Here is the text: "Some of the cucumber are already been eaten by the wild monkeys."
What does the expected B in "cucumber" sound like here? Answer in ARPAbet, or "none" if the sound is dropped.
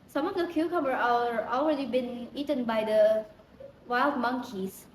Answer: none